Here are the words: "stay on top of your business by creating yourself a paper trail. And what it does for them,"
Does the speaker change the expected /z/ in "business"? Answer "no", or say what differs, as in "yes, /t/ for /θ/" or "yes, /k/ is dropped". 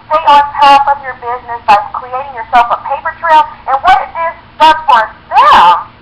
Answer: no